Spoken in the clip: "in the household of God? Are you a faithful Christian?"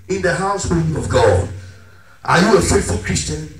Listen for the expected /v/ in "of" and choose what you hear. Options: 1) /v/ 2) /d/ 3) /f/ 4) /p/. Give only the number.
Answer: 1